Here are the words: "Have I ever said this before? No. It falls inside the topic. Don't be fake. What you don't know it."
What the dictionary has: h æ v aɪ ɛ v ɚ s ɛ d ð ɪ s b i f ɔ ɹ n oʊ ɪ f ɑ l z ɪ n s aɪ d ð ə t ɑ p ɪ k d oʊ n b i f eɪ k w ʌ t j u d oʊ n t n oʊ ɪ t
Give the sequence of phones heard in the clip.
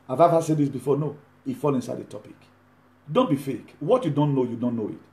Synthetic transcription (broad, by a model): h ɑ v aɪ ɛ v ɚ s ɛ d ð ɪ s b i f ɔ n oʊ ɪ f ɑ l ɪ n s aɪ d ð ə t ɑ p ɪ k d oʊ n b i f eɪ k w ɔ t j u d oʊ n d n oʊ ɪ t